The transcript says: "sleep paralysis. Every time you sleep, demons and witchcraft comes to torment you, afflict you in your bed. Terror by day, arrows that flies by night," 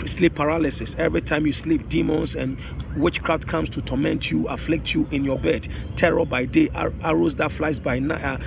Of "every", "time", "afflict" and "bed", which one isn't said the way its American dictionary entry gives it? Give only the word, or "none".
none